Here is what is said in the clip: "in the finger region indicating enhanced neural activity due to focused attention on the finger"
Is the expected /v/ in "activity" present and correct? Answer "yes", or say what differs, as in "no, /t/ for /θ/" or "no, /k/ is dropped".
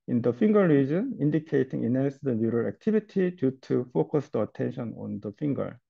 no, /b/ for /v/